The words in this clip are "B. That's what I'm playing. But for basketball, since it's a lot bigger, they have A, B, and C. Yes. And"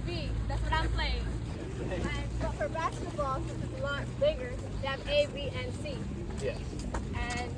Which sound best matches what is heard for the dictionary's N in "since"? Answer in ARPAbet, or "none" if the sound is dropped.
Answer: none